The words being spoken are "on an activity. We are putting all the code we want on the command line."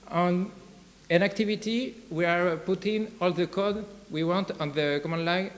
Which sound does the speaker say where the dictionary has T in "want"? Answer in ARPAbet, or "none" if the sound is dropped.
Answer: T